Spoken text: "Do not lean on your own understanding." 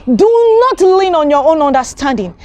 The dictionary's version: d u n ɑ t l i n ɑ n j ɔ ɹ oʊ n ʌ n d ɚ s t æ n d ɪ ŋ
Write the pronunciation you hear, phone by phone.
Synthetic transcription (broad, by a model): d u n ɑ t l i n ɑ n j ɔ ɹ oʊ n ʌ n d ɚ s t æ n d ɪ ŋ